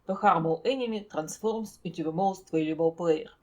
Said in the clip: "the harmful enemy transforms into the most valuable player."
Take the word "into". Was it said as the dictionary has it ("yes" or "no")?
no